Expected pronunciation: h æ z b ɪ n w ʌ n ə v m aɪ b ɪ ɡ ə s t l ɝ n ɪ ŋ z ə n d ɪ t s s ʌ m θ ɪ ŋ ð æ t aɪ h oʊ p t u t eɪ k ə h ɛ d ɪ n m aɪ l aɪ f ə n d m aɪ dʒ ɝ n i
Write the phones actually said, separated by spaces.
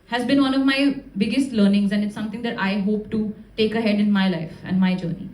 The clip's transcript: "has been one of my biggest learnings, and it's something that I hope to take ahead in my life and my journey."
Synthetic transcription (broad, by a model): h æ z b ɪ n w ʌ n ə v m aɪ b ɪ ɡ ə s t l ɝ n ɪ ŋ z ə n d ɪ t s s ʌ m t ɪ ŋ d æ t aɪ h oʊ p t u t eɪ k ə h ɛ d ɪ n m aɪ l aɪ f ə n d m aɪ dʒ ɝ n i